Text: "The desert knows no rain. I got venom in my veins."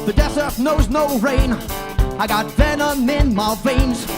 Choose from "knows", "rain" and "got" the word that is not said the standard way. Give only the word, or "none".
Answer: none